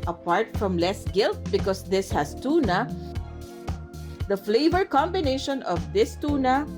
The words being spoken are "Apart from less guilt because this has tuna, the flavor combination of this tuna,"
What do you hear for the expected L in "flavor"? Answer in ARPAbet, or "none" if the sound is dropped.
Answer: L